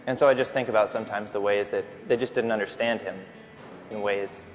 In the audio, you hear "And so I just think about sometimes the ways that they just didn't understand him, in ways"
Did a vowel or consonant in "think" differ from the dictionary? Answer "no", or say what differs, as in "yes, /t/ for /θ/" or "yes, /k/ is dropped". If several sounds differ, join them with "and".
no